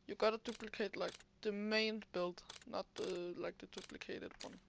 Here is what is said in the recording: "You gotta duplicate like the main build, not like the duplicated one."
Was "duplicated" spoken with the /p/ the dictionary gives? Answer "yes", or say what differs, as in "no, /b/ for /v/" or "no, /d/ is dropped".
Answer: yes